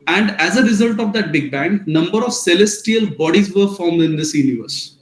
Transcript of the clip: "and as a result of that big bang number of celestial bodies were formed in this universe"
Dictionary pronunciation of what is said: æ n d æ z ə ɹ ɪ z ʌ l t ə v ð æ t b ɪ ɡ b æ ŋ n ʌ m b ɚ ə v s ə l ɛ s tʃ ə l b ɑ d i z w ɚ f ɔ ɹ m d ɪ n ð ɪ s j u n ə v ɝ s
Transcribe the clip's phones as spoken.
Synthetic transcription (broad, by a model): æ n d æ z ə ɹ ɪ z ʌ l t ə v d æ t b ɪ ɡ b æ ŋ n ʌ m b ɚ ə v s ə l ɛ s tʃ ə l b ɑ d i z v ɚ f ɔ ɹ m d ɪ n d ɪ s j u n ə v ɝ s